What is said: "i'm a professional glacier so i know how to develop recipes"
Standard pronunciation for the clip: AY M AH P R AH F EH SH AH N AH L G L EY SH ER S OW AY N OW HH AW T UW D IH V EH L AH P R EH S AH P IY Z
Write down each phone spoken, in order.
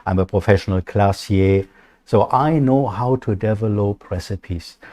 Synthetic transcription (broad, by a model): AY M AH P R AH F EH SH AH N AH L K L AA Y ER S OW AY N OW HH AW T UW D IH V EH L AH P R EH S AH P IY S